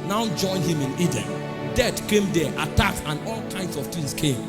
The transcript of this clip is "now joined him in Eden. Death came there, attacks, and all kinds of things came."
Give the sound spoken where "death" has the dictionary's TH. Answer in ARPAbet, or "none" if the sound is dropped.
T